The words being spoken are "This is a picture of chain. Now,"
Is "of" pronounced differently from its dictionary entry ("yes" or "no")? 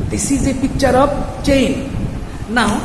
yes